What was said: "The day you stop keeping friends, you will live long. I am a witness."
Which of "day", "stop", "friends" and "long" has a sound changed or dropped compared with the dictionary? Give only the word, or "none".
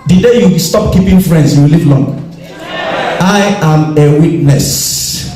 friends